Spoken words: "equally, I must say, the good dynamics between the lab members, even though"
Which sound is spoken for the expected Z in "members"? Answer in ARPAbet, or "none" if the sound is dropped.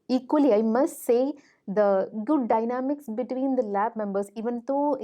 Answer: S